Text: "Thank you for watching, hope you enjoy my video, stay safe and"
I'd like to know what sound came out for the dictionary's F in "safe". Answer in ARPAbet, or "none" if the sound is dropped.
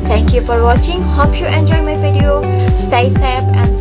P